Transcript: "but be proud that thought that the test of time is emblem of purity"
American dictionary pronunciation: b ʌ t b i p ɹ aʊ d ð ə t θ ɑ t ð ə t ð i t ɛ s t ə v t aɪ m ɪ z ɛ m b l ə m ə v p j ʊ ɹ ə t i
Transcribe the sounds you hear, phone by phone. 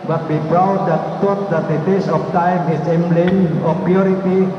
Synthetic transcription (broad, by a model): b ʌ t b i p ɹ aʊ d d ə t t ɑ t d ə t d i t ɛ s ə f t aɪ m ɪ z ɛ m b l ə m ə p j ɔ ɹ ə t i